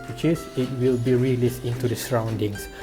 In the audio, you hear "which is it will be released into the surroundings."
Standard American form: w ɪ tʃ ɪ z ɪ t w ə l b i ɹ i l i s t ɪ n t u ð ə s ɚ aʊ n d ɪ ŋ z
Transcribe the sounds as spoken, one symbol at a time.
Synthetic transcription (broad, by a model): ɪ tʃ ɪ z ɪ t w ə l b i ɹ i l i s t ɪ n t u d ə s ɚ aʊ n d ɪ ŋ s